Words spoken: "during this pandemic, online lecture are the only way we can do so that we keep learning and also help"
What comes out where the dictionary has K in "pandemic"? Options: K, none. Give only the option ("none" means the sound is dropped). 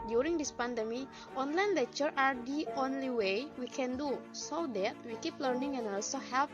none